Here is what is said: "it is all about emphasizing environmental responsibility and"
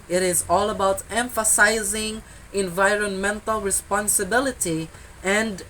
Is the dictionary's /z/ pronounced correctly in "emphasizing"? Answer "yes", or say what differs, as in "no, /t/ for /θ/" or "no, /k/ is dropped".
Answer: yes